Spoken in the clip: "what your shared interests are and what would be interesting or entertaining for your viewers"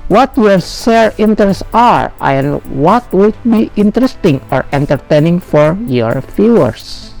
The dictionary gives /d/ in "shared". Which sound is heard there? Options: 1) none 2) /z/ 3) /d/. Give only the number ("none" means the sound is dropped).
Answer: 1